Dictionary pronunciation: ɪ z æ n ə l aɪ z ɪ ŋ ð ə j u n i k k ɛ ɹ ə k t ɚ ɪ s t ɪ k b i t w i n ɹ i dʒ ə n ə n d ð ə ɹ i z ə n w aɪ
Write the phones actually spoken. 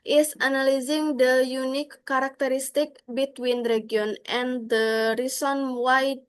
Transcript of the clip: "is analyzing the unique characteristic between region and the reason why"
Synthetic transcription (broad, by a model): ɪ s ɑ n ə l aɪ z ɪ ŋ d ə j u n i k k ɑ ɹ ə k t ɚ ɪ s t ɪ k b i t w i n ɹ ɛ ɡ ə n ə n d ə ɹ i s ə n w aɪ